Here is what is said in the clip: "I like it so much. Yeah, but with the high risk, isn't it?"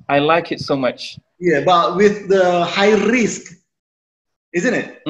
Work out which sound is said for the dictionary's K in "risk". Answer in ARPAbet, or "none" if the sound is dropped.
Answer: K